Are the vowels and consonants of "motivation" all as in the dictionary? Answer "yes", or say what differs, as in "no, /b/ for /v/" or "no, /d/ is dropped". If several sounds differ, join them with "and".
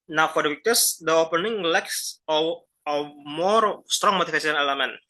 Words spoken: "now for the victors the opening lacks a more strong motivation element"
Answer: no, /f/ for /v/ and /s/ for /ʃ/